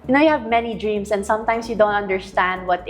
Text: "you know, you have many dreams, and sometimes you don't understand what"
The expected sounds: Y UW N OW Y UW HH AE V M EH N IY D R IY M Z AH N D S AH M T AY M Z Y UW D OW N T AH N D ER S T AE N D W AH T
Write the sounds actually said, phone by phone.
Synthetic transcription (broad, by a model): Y N OW Y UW HH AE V M EH N IY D R IY M S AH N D S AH M T AY M S Y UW D OW N T AH N D ER S T AE N D W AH T